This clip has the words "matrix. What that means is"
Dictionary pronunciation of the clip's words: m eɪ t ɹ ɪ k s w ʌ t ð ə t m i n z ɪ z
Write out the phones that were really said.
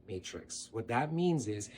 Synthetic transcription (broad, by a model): m eɪ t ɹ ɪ k s w ʌ t ð ə t m i n z ɪ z